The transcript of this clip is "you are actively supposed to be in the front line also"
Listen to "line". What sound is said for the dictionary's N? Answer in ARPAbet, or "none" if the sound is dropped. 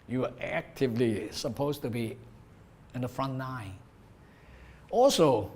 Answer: none